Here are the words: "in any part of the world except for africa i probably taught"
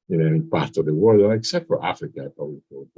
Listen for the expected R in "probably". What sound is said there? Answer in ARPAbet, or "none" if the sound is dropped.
none